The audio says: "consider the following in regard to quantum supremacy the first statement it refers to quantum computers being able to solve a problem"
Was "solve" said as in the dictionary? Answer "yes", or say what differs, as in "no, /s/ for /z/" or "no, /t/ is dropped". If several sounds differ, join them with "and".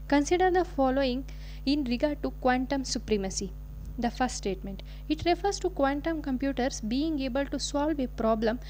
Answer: yes